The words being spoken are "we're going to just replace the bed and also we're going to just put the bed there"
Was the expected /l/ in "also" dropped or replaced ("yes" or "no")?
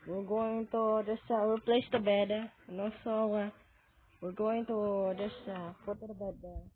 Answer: yes